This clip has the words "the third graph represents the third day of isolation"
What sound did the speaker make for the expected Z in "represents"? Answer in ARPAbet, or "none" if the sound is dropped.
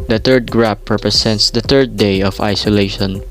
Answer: S